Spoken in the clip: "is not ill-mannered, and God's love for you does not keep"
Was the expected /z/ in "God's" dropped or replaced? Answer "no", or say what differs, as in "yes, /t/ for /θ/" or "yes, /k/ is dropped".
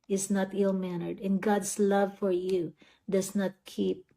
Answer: yes, /s/ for /z/